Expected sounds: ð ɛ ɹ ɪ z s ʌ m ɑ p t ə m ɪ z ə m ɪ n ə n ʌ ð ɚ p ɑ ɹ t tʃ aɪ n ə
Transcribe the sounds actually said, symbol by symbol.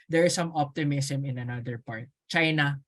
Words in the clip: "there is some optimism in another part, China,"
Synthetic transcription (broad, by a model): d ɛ ɹ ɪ s ʌ m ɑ p t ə m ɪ s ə m ɪ n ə n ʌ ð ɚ p ɑ ɹ t tʃ aɪ n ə